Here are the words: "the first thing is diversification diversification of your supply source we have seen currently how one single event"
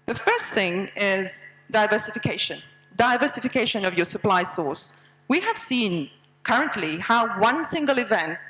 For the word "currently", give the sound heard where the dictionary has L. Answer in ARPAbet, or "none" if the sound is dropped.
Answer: L